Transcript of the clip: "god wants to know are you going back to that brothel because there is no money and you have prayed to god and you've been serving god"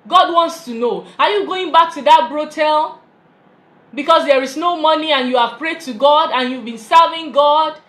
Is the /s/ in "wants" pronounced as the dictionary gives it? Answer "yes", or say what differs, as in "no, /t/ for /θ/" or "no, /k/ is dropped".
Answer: yes